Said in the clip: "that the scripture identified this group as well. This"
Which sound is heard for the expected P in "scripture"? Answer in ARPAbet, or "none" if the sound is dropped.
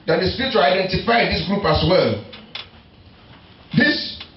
none